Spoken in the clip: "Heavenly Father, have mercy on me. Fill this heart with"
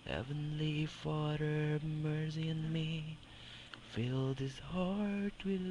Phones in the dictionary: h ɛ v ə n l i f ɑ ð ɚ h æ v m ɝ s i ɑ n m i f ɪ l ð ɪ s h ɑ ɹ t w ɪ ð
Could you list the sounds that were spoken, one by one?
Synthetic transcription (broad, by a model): h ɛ v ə n l i f ɑ ð ɚ m ɝ s i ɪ n m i f ɪ l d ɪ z h ɑ ɹ t w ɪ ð